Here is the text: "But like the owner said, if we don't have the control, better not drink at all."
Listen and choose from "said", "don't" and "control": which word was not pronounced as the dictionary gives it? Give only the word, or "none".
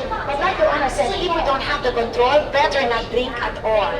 said